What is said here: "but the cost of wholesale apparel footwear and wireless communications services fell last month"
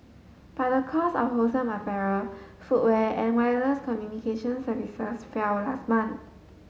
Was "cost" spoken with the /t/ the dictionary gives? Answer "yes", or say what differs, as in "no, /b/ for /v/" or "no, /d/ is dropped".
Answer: no, /t/ is dropped